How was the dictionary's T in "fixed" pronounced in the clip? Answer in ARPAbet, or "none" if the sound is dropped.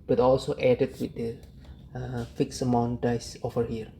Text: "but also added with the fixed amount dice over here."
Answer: none